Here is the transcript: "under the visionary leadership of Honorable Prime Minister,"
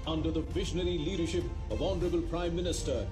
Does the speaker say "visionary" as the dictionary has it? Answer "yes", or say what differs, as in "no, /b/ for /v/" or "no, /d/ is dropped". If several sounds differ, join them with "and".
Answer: yes